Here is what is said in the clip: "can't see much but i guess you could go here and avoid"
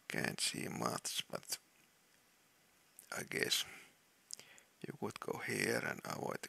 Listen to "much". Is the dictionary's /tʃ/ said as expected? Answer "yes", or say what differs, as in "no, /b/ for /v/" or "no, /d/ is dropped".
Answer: no, /s/ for /tʃ/